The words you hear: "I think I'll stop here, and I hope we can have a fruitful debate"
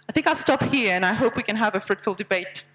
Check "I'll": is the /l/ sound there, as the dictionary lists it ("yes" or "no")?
yes